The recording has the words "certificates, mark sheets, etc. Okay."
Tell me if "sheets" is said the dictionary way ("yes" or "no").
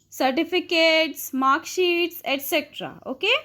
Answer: yes